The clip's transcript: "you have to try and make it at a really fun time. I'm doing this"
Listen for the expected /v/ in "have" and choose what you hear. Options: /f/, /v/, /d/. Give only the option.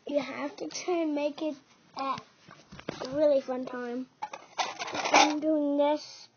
/f/